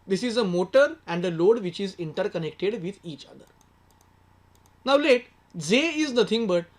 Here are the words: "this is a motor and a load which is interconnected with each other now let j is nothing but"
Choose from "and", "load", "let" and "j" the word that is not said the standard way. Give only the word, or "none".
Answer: j